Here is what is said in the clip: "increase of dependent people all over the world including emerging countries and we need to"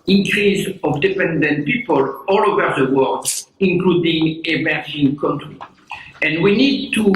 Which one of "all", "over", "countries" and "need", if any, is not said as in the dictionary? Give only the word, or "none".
countries